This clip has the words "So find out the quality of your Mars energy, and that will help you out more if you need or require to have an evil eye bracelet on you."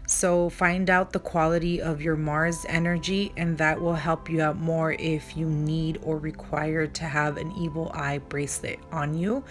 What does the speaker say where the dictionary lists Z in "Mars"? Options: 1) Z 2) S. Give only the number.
1